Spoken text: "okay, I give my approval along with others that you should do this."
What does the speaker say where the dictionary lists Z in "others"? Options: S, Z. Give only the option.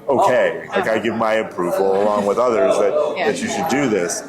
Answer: Z